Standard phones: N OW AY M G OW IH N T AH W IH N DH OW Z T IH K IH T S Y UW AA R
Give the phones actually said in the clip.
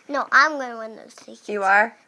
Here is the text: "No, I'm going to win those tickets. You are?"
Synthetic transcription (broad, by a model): N OW AY M G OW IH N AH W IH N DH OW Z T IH IH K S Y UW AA R